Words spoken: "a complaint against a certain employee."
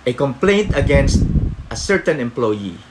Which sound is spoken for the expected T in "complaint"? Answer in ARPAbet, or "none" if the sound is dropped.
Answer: T